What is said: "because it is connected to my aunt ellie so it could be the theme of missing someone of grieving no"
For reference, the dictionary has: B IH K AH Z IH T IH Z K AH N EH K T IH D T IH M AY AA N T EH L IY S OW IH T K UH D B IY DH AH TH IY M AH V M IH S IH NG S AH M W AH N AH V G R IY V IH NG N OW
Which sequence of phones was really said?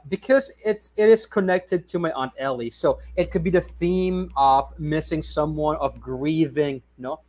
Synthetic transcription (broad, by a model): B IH K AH Z IH T IH Z K AH N EH K T IH D T IH M AY AA N T EH L IY S OW IH T K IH D B IY DH AH TH IY M AH V M IH S IH NG S AH M W AH N AH V G R IY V IH NG N OW